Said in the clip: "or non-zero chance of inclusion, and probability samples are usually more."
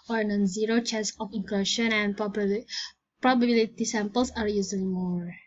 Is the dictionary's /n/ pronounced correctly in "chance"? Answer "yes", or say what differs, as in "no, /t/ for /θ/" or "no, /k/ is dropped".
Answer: no, /n/ is dropped